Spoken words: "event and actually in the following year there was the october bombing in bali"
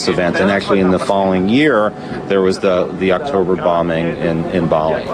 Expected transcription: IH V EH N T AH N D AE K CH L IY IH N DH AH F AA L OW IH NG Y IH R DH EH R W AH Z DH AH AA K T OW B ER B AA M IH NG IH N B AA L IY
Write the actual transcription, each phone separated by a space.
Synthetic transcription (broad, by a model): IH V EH N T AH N AE K CH L IY IH N DH AH F AA L OW IH NG Y IH R DH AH R W AH Z DH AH AA K T OW B ER B AA M IH NG IH N B AA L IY